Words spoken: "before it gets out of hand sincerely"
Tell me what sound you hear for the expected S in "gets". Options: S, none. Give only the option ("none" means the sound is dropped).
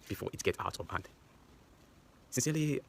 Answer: none